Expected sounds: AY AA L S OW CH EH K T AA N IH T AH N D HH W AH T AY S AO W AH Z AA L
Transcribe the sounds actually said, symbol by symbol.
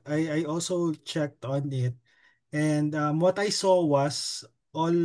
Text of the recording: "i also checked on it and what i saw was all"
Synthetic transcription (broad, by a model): AY AA L S OW CH EH K T AA N IH T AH N D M W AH T AY S AO W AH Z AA L